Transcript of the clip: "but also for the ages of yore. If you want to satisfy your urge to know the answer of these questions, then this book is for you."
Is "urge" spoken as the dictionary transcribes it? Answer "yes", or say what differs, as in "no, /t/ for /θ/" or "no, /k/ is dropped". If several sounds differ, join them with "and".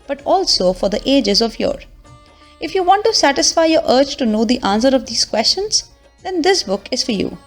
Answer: no, /tʃ/ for /dʒ/